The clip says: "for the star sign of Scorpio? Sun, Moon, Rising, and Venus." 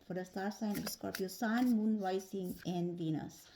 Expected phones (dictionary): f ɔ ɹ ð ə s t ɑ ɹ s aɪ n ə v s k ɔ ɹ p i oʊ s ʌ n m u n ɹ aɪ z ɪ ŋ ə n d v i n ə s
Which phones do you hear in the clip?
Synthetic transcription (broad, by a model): f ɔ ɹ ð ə s t ɑ ɹ s aɪ n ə p s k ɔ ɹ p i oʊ s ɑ n m u n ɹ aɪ s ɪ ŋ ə n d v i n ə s